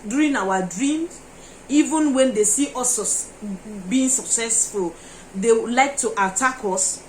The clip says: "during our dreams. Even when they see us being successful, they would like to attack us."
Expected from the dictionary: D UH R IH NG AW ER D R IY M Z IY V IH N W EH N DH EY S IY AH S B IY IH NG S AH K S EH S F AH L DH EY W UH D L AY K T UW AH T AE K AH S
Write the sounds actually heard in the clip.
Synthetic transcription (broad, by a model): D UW R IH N AW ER D R IY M IY V IH N W EH N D EY S IY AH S B IY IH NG S AH K S EH S F AH L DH EY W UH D L AY K T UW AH T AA K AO S